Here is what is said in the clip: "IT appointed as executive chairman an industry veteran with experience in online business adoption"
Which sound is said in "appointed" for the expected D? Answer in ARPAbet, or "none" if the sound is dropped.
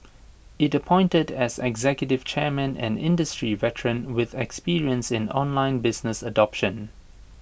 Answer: D